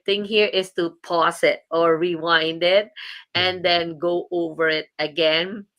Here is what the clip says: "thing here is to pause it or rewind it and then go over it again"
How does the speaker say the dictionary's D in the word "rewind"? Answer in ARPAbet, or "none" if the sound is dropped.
D